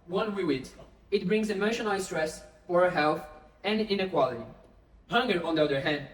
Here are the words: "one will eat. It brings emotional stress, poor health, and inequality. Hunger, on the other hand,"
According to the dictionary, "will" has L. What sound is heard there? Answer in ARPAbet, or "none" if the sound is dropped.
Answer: W